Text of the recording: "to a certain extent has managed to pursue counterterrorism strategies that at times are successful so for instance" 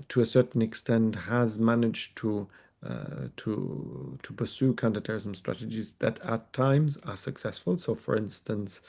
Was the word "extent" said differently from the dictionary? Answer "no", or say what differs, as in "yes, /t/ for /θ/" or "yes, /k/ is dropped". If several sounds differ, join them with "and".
no